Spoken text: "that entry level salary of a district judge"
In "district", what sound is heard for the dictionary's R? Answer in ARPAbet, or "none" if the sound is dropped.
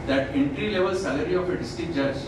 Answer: none